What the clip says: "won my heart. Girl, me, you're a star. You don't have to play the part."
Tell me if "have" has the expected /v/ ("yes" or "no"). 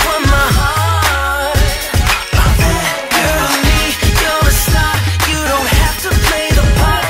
no